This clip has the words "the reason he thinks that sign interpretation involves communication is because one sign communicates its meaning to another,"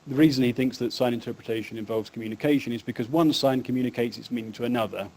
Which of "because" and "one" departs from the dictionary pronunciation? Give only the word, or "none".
none